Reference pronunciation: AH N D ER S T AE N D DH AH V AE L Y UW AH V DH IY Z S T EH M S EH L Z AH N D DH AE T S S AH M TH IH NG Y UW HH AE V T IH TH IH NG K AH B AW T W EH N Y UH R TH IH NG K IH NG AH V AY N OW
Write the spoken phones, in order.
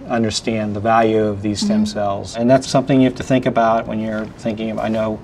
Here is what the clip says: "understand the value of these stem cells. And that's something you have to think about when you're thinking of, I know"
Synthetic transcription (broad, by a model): AH N D ER S T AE N DH AH V AE L Y UW AH V DH IY Z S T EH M S EH L Z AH N DH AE T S S AH M TH IH NG Y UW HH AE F T IH TH IH NG K AH B AW T W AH N Y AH R TH IH NG K IH NG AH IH N OW